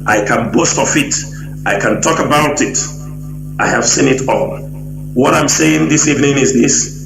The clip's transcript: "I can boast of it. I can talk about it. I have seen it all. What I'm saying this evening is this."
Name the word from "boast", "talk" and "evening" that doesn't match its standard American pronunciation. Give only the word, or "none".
none